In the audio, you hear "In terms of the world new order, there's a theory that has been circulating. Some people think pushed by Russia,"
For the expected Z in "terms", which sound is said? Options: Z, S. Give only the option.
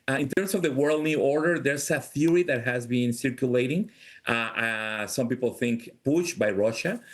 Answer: S